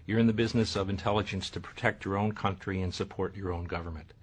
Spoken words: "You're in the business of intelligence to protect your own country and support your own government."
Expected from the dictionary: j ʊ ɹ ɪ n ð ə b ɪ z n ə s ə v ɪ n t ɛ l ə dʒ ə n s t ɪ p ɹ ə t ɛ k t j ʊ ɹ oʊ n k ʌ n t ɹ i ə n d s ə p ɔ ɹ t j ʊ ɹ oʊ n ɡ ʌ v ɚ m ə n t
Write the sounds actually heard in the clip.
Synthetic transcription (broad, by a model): j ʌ ɹ ɪ n ð ə b ɪ z n ə s ə v ɪ n t ɛ l ə dʒ ə n s t ɪ p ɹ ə t ɛ k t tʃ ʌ ɹ oʊ n k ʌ n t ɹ i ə n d s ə p ɔ ɹ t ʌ ɹ oʊ n ɡ ʌ v ɚ m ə n t